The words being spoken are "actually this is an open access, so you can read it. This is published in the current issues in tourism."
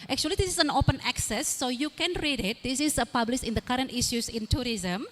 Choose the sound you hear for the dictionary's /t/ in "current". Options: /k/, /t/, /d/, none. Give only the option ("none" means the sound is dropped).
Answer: /t/